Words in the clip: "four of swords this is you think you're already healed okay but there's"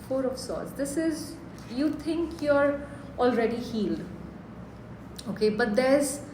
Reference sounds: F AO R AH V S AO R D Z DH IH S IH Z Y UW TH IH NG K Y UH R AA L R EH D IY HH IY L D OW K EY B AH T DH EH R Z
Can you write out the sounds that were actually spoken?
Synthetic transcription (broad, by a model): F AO R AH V S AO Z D IH S IH Z Y UW T IH NG K Y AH R AA L R EH D IY HH IY L D OW K EY B AH T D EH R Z